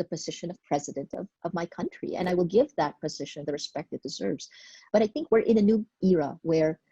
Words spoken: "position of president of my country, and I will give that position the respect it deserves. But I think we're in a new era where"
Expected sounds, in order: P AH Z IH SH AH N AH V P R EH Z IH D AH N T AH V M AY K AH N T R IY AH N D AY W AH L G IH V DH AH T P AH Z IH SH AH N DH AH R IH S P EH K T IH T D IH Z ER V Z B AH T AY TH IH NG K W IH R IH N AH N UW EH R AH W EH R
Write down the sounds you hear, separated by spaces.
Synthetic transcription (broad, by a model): P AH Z IH SH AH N AH V P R EH Z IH D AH N T AH V M AY K AH N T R IY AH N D AY W AH L G IH V DH AH T P AH Z IH SH AH N DH AH R IH S P EH K T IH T D IH Z ER V Z B AH T AY TH IH NG K W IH R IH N AH N UW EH R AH W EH R